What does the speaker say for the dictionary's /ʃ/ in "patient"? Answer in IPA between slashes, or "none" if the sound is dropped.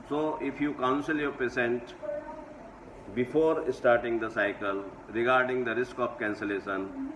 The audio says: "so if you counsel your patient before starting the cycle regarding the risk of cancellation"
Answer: /s/